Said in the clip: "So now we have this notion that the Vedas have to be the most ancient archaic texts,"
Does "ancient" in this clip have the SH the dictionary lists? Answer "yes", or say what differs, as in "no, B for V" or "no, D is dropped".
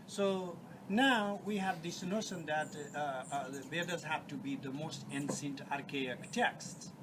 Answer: no, S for SH